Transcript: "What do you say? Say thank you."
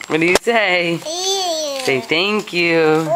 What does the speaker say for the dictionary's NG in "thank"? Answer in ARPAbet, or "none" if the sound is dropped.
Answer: NG